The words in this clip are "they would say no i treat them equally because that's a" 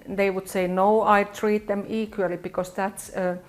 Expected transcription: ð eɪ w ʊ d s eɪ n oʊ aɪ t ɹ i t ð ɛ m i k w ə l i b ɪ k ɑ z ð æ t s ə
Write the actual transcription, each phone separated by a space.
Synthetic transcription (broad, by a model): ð eɪ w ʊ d s eɪ n oʊ aɪ t ɹ i t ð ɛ m i k w ə l i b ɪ k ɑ s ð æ t s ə